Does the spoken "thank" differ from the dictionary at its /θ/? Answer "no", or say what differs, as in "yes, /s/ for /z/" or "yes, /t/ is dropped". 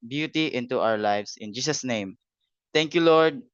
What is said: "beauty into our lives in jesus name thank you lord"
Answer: yes, /t/ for /θ/